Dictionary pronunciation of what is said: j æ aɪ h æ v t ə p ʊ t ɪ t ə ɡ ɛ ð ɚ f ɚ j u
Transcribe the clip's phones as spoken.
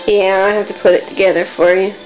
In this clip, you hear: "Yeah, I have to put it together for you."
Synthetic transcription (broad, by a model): j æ aɪ h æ f t ə p ʊ t ɪ t ə ɡ ɛ ð ɚ f ɚ j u